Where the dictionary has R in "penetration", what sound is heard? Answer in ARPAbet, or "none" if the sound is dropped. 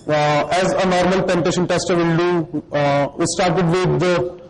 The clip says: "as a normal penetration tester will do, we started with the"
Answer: none